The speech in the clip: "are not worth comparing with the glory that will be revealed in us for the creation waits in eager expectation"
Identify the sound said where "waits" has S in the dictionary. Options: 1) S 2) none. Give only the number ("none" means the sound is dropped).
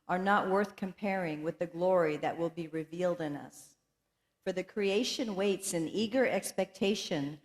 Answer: 1